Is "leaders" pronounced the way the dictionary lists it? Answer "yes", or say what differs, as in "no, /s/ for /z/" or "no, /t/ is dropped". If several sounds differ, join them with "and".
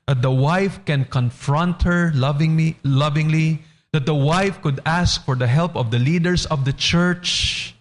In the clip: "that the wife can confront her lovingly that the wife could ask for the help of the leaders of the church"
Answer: no, /s/ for /z/